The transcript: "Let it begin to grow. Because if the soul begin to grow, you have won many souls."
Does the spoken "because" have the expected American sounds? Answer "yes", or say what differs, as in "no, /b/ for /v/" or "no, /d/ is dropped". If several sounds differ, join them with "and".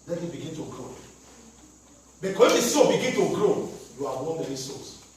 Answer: no, /z/ is dropped